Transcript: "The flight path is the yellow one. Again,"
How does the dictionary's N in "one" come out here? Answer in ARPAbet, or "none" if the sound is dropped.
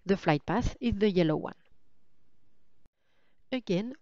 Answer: N